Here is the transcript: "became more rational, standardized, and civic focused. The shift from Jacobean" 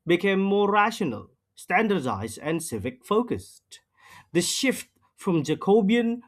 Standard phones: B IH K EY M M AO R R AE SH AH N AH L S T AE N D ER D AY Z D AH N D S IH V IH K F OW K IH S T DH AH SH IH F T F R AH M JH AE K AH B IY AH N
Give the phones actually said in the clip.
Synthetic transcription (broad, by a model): B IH K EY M M AO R R AE SH AH N AH L S T AE N D ER D AY Z D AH N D S IH V IH K F OW K IH S T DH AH SH IH F T F R AH M JH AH K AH B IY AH N